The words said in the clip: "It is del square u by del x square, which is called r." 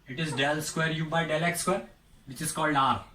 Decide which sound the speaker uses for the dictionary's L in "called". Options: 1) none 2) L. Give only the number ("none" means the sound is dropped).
2